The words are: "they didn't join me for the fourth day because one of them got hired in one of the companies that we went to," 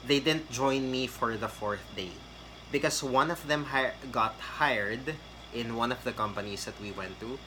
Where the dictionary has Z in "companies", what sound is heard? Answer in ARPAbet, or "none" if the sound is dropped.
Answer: S